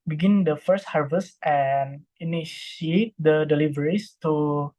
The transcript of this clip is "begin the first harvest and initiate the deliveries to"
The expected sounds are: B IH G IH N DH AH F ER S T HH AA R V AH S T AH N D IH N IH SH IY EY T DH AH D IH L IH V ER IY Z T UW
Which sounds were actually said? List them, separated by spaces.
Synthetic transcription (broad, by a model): B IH G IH N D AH F ER S T HH AA R V AH S T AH N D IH N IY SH IY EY T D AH D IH L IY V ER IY S T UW